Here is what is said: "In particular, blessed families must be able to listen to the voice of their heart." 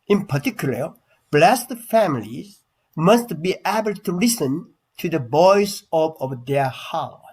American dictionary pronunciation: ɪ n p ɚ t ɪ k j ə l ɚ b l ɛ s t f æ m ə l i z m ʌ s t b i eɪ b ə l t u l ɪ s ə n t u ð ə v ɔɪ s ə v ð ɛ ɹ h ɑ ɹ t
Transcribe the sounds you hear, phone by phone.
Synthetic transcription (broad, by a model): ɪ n p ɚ t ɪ k j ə l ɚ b l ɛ s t f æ m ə l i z m ʌ s t b i eɪ b ə l t u l ɪ s ə n t u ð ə b ɔɪ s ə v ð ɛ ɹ h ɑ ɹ